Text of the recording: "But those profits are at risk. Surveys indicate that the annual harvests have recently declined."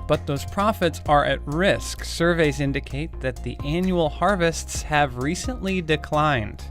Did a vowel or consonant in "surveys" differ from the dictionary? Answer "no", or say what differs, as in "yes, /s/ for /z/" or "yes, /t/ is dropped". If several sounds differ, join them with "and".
no